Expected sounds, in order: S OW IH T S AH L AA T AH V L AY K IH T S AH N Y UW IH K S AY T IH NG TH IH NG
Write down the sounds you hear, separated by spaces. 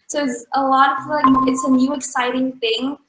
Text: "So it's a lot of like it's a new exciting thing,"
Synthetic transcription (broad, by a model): S OW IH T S AH L AA T AH V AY IH T S AH N Y UW IH K S AY T IH NG TH IH NG